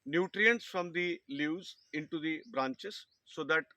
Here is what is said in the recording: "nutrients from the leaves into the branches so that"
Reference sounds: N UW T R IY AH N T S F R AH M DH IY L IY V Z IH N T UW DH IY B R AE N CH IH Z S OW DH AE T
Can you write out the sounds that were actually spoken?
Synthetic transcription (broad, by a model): N UW T R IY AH N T S F R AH M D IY L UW Z IH N T UW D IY B R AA N CH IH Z S OW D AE T